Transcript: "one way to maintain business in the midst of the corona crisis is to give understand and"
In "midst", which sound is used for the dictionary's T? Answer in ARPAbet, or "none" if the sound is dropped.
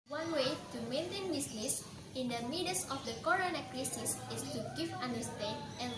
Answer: none